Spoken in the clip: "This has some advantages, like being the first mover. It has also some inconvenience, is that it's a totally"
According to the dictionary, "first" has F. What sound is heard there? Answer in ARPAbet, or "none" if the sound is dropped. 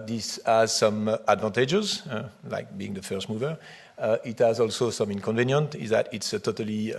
F